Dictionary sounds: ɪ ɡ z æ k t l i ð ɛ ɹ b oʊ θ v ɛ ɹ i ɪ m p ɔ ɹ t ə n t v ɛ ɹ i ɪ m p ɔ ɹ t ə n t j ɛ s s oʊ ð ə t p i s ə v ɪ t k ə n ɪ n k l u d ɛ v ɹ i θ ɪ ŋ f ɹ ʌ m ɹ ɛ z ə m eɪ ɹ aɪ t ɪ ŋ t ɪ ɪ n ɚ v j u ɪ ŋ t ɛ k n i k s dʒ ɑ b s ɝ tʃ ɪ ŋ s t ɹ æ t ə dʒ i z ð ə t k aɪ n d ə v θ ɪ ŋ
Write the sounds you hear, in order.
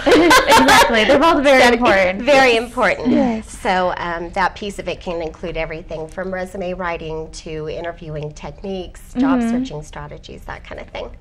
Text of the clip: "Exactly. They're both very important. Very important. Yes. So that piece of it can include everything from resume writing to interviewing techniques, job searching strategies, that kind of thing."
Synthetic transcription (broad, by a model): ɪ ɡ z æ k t l i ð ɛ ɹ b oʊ v ɛ ɹ i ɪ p ɹ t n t v ɛ ɹ i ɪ m p ɔ ɹ t n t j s s oʊ ð ə t p i s ə v ɪ t k ə n ɪ n k l u d ɛ v ɹ i θ ɪ ŋ f ɹ ʌ m ɹ ɛ z ə m eɪ ɹ aɪ t ɪ ŋ t ɪ ɪ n ɚ v j u ɪ ŋ t ɛ k n i k s dʒ ɑ b s ɝ tʃ ɪ ŋ s t ɹ æ t ə dʒ i z ð ə t k aɪ n d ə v θ ɪ ŋ